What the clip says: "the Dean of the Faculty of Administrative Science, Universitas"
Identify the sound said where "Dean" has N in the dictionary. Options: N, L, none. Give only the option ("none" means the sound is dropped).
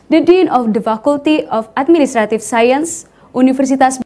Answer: N